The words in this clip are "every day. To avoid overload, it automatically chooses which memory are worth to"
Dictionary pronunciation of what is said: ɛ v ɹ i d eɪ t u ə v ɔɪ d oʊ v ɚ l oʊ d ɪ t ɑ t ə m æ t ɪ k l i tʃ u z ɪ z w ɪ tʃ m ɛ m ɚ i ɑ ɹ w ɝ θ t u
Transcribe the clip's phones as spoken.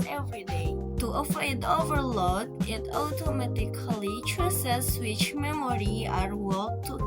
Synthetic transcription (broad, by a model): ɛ v ɹ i d eɪ t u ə f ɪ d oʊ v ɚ l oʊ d ɪ t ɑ t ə m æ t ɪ k l i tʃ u s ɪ s w ɪ tʃ m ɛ m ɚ i ɑ ɹ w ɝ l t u